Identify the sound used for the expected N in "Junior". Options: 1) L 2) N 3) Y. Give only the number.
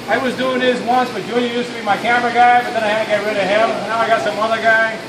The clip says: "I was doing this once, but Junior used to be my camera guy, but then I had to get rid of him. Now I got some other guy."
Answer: 1